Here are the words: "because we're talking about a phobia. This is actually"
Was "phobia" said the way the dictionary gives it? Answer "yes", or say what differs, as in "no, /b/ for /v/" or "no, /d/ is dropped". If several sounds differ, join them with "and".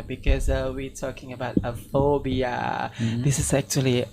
yes